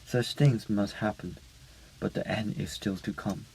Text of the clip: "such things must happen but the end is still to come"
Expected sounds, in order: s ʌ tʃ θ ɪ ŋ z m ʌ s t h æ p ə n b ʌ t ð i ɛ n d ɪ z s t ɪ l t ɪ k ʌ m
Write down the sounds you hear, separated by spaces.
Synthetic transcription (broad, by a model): s ʌ tʃ θ ɪ ŋ z m ʌ s t h æ p ə n b ʌ t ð i ɛ n d ɪ z s t ɪ l t ɪ k ʌ m